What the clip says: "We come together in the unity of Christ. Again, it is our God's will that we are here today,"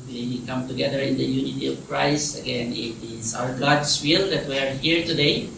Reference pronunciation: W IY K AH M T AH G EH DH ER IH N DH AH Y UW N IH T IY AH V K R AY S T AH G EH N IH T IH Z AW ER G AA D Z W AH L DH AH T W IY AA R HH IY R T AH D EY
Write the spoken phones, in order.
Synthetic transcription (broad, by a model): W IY K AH M T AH G EH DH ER IH N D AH Y UW N IH T IY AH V K R AY S T AH G EH N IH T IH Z AW ER G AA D S W AH L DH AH T W IY AA R HH IY R T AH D EY